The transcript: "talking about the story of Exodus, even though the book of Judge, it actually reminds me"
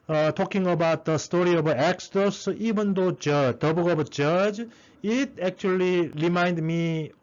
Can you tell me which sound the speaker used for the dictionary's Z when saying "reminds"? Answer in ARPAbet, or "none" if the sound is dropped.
none